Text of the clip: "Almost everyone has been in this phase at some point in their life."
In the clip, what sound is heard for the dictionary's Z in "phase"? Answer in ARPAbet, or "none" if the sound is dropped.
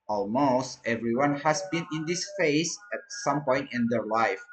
S